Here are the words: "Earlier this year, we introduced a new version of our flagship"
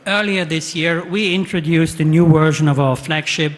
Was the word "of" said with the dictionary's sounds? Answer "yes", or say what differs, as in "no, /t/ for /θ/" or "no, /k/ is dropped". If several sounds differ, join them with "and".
yes